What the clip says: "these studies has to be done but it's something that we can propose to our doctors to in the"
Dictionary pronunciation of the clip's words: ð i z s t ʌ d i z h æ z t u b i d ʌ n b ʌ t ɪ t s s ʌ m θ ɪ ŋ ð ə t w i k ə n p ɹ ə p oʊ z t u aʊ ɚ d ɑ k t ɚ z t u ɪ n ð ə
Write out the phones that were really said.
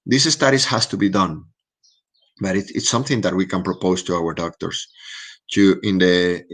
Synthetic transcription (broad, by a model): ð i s s t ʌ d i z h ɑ s t u b i d ʌ n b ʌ t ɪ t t s ʌ m θ ɪ ŋ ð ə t w i k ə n p ɹ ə p oʊ s t u aʊ ɚ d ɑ k t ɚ s t u ɪ n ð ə